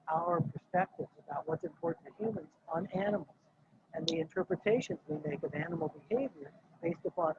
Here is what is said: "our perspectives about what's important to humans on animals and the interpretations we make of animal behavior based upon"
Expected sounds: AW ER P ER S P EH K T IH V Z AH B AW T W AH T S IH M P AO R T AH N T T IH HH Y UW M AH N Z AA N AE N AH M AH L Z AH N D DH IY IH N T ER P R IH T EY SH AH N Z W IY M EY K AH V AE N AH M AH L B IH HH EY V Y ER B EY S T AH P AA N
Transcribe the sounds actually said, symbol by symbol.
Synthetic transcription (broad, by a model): AW ER P ER S P EH K T IH V Z AH B AW T W AH T S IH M P AO R T N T T IH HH Y UW M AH N Z N AE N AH M L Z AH N DH IY IH N T ER P R IH T EY SH AH N Z W IY M EY K AH V AE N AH M L B IH HH EY V Y ER B EY S T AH P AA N